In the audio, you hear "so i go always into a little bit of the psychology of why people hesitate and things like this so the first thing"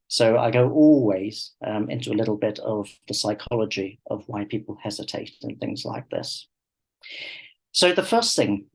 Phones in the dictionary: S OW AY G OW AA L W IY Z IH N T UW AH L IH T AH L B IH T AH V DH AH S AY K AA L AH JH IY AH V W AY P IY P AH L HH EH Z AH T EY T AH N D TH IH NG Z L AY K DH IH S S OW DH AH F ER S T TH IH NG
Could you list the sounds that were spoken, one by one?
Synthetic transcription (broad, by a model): S OW AY G OW AA L W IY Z IH N T UW AH L IH T L B IH T AH V DH AH S AY K AA L AH JH IY AH V W AY P IY P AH L HH EH Z AH T EY T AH N TH IH NG Z L AY K DH IH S S OW DH AH F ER S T TH IH NG